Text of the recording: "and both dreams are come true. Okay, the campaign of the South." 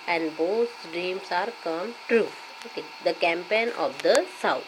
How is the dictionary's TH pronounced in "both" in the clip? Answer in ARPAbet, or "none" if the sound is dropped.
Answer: S